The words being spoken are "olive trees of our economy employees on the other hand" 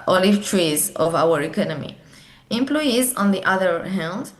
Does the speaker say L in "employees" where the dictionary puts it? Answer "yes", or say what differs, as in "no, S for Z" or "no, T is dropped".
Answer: yes